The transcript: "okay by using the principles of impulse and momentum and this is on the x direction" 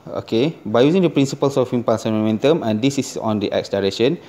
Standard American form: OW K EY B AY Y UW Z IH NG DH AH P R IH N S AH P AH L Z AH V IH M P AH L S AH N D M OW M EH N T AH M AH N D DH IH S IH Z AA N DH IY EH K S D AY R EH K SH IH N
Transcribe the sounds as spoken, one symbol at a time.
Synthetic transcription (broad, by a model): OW K EY B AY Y UW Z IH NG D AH P R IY N S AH P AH L S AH F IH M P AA S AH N M OW M EH N T AH M AH N D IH S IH S AA N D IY EH K S D AY R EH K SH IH N